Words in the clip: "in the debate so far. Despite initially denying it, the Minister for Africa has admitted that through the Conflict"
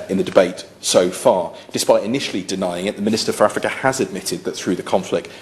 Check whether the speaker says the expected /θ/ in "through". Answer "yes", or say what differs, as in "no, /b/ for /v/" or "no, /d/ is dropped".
yes